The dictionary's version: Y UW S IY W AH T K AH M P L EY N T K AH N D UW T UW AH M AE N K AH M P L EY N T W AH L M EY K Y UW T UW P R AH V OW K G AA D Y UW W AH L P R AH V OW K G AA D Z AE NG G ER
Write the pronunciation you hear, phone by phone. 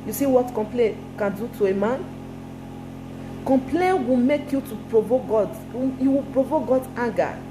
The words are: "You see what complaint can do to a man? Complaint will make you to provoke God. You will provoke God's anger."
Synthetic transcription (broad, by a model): Y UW S IY W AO T K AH M P L EY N K AH N D UW T UW AH M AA N K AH M P L EY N W AH L M EY K Y UW T UW P R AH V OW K G AA D Y UW W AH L P R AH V OW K G AA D AA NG G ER